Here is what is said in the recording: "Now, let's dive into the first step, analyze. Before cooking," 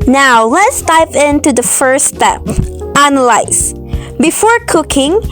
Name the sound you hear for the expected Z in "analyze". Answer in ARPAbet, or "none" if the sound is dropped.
S